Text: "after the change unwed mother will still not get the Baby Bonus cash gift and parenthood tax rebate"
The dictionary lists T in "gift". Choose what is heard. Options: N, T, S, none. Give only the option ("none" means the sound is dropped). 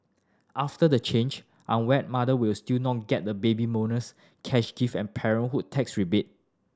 none